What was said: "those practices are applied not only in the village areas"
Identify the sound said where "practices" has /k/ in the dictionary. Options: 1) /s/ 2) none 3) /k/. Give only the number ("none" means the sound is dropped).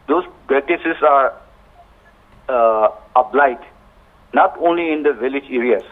2